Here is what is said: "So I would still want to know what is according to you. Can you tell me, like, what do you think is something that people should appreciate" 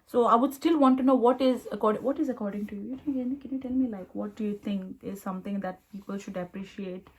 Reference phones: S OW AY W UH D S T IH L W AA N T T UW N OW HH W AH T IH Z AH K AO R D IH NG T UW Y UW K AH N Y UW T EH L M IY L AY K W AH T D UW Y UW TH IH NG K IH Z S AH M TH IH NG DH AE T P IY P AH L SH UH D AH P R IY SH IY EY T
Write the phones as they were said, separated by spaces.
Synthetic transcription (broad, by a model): S OW AY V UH D S T IH L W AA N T T UW N OW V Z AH T IH Z AH K AO R D IH NG T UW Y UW K AH N Y UW T EH L M IY L AY K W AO T D UW Y UW T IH NG K IH Z S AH M T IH NG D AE T P IY P AH L SH UH D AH P R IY SH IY EY T